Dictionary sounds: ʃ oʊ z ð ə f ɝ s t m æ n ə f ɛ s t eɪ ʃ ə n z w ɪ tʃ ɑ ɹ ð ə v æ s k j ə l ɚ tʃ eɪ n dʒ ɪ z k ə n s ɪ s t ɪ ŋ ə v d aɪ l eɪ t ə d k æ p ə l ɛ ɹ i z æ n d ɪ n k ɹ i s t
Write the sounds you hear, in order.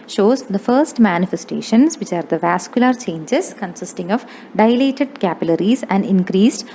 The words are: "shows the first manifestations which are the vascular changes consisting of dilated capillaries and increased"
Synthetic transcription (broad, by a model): ʃ oʊ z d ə f ɝ s t m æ n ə f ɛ s t eɪ ʃ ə n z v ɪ tʃ ɑ ɹ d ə v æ s k j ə l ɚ tʃ eɪ n dʒ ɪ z k ə n s ɪ s t ɪ ŋ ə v d aɪ l eɪ t ə d k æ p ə l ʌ ɹ i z æ n d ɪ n k ɹ i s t